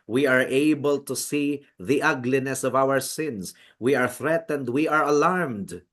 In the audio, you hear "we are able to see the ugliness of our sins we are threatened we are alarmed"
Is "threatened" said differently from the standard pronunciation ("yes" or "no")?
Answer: no